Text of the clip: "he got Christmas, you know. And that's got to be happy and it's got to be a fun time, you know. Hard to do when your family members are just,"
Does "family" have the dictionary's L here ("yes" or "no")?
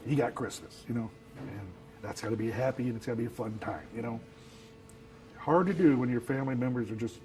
yes